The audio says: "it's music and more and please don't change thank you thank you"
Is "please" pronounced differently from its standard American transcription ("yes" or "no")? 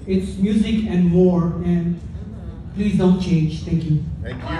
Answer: no